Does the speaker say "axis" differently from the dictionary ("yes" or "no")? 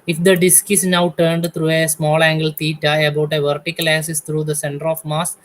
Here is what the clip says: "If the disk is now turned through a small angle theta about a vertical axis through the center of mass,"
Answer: yes